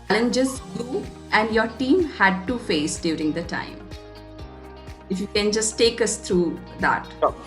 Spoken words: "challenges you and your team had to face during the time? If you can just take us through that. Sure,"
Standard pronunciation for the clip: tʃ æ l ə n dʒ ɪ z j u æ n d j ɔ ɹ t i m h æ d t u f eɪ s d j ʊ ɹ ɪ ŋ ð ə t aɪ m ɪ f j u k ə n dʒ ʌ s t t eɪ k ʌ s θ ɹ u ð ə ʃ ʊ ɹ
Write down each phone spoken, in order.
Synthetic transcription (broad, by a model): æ l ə n dʒ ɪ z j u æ n d j ɔ ɹ t i m h æ d t u f eɪ s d j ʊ ɹ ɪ ŋ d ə t aɪ m ɪ f j u k ə n dʒ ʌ s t t eɪ k ʌ s t ɹ u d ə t